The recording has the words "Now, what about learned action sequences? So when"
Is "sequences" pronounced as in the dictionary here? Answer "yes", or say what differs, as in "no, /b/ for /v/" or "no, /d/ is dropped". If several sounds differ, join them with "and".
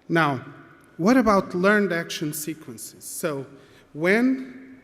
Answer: yes